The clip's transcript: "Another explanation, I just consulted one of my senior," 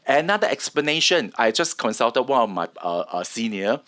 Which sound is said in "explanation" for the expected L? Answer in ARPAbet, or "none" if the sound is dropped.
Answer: L